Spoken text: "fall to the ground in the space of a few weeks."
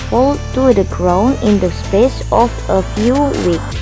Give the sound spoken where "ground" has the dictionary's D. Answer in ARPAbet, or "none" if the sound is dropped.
none